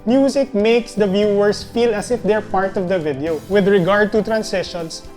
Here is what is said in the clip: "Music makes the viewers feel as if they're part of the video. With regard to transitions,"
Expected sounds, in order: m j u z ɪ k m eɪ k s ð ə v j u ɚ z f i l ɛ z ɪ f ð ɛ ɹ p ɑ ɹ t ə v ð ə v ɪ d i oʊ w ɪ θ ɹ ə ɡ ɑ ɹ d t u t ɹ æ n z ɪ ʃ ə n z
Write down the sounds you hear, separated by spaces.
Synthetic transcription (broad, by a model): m j u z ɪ k m eɪ k s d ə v j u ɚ s f i l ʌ s ɪ f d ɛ ɹ p ɑ ɹ t ə v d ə v ɪ d i oʊ w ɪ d ɹ ə ɡ ɑ ɹ d t u t ɹ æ n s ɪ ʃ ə n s